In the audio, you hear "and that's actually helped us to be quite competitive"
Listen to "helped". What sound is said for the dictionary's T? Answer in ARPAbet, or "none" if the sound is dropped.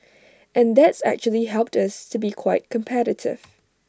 T